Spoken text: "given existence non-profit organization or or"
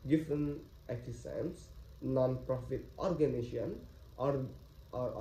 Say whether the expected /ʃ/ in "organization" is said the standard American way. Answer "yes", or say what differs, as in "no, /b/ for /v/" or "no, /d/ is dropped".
no, /ʃ/ is dropped